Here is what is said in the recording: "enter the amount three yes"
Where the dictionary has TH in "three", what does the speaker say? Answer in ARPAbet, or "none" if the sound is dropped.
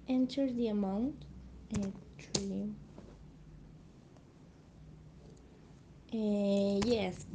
T